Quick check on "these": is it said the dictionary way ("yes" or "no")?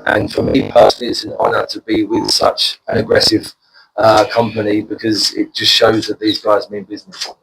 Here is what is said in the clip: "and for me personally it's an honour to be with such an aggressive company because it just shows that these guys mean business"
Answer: yes